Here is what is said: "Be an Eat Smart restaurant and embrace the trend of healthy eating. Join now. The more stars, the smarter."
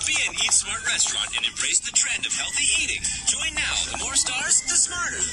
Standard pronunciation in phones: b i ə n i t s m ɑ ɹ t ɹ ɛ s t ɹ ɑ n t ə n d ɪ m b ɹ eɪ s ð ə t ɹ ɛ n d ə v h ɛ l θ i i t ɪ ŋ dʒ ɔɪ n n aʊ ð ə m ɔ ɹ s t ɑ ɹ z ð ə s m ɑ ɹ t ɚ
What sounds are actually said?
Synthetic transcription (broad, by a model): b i ə n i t s m ɑ ɹ t ɹ ɛ s t ɹ ɑ n t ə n ɪ m b ɹ eɪ s ð ə t ɹ ɛ n d ə v h ɛ l θ i i t ɪ ŋ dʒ ɔɪ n n aʊ ð ə m ɔ ɹ s t ɑ ɹ z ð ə s m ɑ ɹ t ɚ